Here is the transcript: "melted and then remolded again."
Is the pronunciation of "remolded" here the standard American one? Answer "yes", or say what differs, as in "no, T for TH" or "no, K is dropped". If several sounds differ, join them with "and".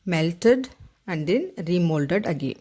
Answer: yes